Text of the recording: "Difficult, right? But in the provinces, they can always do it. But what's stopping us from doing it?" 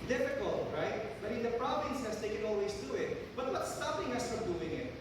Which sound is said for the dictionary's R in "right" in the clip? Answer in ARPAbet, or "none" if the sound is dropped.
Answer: R